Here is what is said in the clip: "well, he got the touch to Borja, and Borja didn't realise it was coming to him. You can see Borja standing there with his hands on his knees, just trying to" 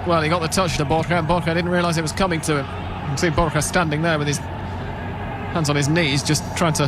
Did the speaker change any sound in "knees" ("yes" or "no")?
no